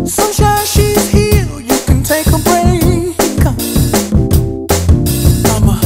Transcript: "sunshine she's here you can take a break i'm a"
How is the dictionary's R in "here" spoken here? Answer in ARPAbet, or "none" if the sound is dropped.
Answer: L